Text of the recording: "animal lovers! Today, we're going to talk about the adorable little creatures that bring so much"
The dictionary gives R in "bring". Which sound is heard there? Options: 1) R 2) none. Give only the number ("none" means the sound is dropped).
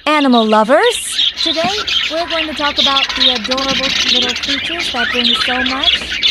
2